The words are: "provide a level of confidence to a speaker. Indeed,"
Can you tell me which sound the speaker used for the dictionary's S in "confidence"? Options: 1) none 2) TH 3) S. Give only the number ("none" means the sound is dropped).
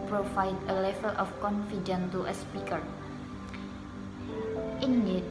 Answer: 1